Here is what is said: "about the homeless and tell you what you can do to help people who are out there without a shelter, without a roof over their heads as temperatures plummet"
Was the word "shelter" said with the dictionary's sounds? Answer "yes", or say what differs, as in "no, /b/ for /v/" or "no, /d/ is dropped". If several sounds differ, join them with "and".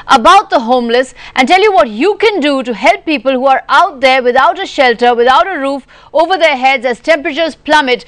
yes